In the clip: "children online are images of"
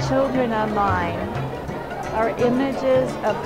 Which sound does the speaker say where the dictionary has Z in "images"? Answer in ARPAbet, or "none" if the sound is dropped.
Z